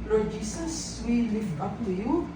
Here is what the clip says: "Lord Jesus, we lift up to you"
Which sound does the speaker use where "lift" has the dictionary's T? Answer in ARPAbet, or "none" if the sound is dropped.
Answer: none